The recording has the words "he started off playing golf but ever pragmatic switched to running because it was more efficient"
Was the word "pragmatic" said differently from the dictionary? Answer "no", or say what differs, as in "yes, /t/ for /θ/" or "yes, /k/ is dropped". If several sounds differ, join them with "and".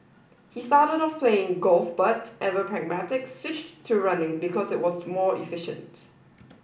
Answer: no